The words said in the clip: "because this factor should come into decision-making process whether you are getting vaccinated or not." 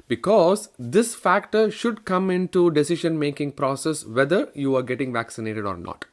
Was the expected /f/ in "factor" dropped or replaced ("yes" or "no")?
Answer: no